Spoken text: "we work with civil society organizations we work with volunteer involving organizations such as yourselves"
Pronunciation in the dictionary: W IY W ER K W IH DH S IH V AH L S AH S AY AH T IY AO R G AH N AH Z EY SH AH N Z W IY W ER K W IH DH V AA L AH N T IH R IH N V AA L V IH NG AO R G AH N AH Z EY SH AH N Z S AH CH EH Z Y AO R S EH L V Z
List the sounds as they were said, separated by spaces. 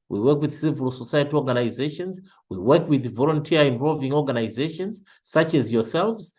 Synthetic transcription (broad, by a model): W IY W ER K W IH DH S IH V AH L S AH S AY AH T IY AO R G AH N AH Z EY SH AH N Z W IY W ER K W IH DH V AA L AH N T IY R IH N V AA L V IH NG AO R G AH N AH Z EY SH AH N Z S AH CH EH Z Y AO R S EH L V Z